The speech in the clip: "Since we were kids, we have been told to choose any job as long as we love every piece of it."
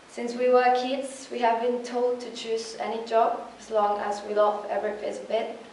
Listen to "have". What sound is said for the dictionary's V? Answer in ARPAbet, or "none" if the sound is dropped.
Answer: V